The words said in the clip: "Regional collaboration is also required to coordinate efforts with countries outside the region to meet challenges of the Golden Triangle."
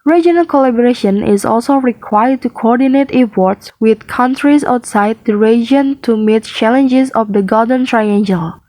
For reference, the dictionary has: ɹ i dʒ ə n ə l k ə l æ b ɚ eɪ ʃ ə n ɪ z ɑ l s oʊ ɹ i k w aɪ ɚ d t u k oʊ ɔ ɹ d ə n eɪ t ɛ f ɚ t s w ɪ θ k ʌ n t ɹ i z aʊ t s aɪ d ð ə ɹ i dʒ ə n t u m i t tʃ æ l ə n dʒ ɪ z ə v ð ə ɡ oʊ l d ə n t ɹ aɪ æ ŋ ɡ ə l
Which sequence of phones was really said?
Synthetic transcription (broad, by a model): ɹ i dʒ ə n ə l k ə l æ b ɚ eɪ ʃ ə n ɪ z ɑ l s oʊ ɹ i k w aɪ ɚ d t u k oʊ ɔ ɹ d ə n eɪ t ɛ p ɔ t s w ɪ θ k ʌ n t ɹ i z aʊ t s aɪ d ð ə ɹ i dʒ ə n t u m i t tʃ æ l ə n dʒ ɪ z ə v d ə ɡ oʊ d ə n t ɹ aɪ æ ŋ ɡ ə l